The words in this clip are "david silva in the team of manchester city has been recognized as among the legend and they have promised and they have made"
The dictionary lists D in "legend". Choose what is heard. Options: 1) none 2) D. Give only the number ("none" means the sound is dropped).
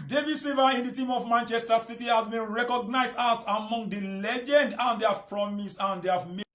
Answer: 2